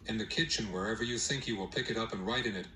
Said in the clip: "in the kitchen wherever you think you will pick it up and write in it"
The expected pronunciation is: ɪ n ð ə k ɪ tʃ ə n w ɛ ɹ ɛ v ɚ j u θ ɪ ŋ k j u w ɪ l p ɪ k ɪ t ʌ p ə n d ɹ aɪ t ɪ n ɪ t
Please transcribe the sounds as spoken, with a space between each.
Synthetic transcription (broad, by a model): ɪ n ð ə k ɪ tʃ ə n w ɛ ɹ ɛ v ɚ j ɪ θ ɪ ŋ k j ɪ w ɪ l p ɪ k ɪ t ʌ p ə n ɹ aɪ t ɪ n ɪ t